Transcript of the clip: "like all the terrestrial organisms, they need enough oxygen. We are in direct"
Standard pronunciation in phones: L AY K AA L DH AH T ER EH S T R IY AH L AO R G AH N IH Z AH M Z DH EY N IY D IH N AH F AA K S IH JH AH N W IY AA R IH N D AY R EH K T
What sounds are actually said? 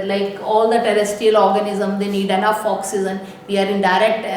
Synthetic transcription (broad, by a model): L AY K AA L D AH T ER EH S T IY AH L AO R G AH N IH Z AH M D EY N IY D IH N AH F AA K S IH Z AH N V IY AA R IH N D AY R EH K T